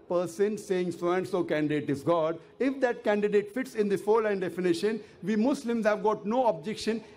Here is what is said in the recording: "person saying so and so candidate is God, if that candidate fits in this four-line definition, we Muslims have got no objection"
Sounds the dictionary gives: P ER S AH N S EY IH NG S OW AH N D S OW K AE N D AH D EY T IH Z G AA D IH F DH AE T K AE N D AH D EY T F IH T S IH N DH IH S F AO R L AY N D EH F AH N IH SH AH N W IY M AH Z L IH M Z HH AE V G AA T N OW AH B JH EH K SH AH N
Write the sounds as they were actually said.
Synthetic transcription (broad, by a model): P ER S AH N S EY IH NG S OW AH N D S OW K AE N D AH D EY T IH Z G AA D IH F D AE T K AE N D AH D EY T F IH T S IH N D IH F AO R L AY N D EH F AH N IH SH AH N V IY M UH S L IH M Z HH AE V G AA T N OW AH B JH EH K SH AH N